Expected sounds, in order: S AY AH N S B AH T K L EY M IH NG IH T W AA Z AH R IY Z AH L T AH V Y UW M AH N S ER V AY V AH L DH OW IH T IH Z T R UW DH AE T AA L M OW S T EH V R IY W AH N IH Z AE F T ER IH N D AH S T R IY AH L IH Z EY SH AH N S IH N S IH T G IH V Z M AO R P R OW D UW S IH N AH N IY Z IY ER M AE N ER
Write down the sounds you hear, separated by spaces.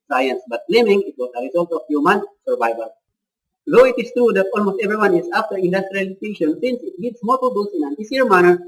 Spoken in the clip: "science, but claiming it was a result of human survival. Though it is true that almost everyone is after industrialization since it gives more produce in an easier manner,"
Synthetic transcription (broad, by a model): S AY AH N S B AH T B L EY M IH NG IH T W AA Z AH R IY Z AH L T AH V Y UW M AH N S ER V AY V AH L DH OW IH T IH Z T R UW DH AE T AA L M OW S T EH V R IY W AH N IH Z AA F T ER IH N D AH S T R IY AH L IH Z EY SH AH N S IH N S IH T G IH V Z M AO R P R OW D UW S IH N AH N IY S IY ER M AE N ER